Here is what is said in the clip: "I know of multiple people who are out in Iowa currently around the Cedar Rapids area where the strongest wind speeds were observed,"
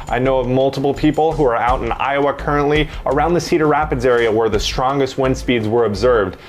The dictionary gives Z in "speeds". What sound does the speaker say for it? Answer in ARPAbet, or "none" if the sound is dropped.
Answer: Z